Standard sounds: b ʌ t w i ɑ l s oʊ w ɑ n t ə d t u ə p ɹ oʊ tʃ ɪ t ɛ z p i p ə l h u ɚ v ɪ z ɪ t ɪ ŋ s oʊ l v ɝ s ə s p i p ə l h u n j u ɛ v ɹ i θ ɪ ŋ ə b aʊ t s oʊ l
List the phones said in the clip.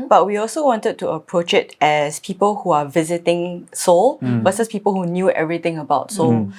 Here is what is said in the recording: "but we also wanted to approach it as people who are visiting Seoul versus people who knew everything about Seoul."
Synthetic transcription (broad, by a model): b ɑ t w i ɑ l s oʊ w ɑ n t ə d t u ə p ɹ oʊ tʃ ɪ t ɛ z p i p ə l h u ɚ v ɪ z ɪ t ɪ ŋ s oʊ l b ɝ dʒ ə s p i p ə l h u n j u ɛ v ɹ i t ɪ ŋ ə b aʊ t s oʊ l